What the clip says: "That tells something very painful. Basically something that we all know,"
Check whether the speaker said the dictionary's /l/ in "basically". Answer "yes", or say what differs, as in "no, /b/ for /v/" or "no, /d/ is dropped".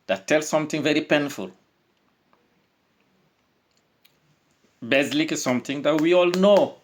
no, /l/ is dropped